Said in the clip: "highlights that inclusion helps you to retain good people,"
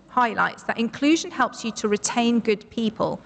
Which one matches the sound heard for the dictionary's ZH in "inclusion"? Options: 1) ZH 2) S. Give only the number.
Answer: 1